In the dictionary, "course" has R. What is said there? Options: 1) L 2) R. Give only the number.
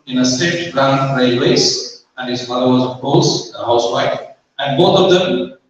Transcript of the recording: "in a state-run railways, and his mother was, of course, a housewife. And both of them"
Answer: 1